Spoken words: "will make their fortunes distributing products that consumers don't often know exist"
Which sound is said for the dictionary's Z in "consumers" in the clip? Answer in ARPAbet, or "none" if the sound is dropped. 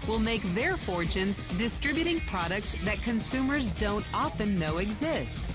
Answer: Z